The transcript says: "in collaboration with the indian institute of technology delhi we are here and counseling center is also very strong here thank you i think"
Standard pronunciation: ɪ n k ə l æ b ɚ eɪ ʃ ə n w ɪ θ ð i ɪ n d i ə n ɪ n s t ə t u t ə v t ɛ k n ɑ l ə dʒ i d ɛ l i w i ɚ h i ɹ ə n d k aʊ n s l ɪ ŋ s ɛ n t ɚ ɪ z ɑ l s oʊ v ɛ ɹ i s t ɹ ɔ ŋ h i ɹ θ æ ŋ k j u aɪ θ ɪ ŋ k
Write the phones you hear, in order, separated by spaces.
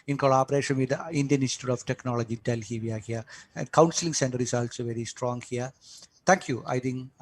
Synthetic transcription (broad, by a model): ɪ n k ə l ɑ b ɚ eɪ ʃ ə n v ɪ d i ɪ n d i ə n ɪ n s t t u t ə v t ɛ k n ɑ l ə dʒ i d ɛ l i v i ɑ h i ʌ ə n d k aʊ n s l ɪ ŋ s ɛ n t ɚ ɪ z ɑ l s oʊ v ɛ ɹ i s t ɹ ɔ ŋ h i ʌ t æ ŋ k j u aɪ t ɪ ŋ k